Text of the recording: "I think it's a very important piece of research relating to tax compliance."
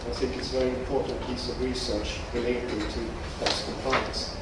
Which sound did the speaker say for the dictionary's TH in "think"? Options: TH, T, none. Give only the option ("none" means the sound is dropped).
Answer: TH